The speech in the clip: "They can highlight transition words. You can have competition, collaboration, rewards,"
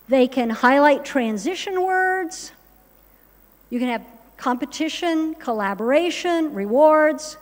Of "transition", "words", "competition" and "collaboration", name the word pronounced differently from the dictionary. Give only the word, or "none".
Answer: none